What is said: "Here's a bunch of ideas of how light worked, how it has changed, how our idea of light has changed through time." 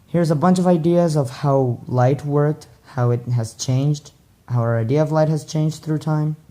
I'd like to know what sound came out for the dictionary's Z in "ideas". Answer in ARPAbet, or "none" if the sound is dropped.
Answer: Z